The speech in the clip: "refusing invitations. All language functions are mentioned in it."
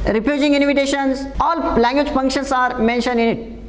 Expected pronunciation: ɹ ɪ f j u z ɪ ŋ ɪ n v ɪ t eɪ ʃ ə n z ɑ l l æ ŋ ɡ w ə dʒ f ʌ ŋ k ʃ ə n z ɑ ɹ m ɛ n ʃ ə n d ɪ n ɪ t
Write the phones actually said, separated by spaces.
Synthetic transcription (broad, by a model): ɹ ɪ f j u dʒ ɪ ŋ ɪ n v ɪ t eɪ ʃ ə n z ɑ l l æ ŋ ɡ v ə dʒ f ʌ ŋ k ʃ ə n s ɑ ɹ m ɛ n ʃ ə n ɪ n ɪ t